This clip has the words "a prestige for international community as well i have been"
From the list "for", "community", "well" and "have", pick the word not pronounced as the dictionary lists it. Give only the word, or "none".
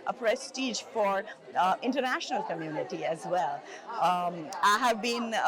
none